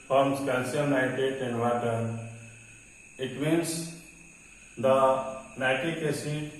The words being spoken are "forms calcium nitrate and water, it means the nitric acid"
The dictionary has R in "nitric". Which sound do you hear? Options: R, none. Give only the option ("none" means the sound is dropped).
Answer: none